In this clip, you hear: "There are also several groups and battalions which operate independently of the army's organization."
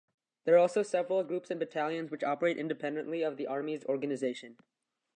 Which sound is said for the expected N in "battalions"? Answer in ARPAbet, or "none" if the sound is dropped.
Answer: N